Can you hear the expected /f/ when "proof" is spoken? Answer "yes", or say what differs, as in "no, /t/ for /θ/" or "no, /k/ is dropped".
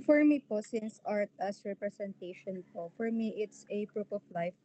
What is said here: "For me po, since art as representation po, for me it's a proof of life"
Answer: no, /p/ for /f/